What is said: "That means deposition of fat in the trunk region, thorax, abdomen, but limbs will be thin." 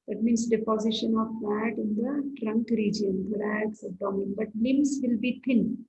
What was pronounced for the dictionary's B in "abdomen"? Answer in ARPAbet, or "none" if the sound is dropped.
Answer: none